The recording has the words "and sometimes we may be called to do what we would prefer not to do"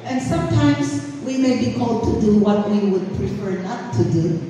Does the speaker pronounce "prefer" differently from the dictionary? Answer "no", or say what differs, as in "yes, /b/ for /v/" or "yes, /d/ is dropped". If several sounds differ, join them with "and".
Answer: no